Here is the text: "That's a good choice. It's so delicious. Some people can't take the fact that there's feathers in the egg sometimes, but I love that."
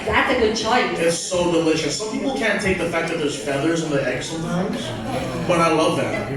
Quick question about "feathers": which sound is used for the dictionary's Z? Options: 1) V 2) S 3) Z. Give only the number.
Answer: 3